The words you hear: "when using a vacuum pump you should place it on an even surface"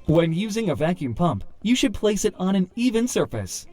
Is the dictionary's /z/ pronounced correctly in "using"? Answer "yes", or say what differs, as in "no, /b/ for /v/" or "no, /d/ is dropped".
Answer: yes